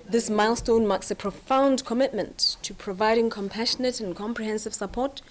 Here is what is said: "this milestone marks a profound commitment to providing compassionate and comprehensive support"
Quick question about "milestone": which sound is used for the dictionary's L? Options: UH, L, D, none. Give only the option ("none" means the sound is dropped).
L